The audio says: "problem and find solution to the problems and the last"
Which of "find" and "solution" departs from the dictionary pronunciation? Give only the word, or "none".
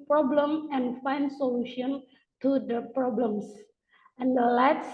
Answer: none